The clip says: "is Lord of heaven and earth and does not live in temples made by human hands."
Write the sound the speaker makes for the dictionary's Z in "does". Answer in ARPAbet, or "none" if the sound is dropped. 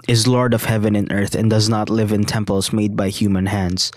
Z